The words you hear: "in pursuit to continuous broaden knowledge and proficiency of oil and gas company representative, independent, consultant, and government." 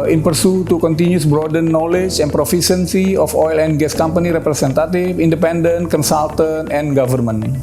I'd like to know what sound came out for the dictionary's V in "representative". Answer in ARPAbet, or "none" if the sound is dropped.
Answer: F